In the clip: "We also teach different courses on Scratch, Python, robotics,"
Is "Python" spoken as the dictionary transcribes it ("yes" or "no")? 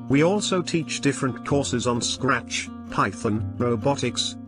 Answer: yes